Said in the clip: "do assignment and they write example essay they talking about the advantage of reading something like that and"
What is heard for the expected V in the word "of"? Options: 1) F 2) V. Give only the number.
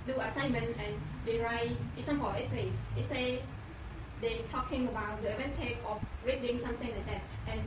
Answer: 1